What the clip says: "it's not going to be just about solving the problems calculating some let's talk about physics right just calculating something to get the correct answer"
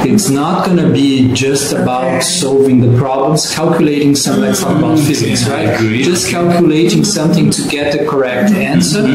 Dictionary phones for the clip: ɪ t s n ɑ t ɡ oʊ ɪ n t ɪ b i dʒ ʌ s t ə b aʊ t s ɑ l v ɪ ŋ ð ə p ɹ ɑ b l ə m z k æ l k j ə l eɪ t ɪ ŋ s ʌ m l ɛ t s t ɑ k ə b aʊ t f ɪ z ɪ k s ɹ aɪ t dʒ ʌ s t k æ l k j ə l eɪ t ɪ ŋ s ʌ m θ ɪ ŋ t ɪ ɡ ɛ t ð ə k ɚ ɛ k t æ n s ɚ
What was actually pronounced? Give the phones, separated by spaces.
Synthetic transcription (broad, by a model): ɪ t s n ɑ t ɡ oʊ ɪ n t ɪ b i dʒ ʌ s t ə b aʊ t s ɑ l v ɪ ŋ ð ə p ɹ ɑ b l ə m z k æ l k j ə l eɪ t ɪ ŋ s ʌ m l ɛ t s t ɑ ə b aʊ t f ɪ z ɪ k s ɹ aɪ t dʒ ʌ s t k æ l k j ə l eɪ t ɪ ŋ s ʌ m θ ɪ ŋ t ɪ ɡ ɛ t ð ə k ɚ ɛ k t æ n s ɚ